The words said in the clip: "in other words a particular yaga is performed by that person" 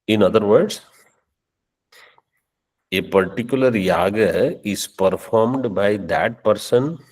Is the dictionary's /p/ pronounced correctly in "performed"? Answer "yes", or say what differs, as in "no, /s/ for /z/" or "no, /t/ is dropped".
yes